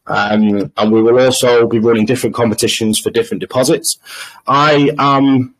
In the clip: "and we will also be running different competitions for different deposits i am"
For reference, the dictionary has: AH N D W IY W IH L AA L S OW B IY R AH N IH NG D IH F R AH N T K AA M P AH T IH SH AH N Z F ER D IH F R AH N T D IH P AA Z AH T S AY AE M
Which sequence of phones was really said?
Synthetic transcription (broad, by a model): AH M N W IY W IH L AA L S OW B IY R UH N IH NG D IH F R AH N K AA M P AH T IH SH AH N Z F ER D IH F R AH N D IH P AA Z AH T S AY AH M